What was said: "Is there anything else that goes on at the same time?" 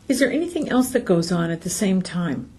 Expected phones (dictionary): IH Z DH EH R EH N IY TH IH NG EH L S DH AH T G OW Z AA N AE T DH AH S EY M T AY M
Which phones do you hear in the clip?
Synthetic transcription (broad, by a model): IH Z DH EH R EH N IY TH IH NG EH L S DH AH T G OW Z N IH T DH AH S EY M T AY M